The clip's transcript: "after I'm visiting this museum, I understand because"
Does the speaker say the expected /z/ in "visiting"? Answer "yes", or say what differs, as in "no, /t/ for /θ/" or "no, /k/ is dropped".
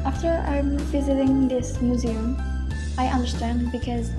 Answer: yes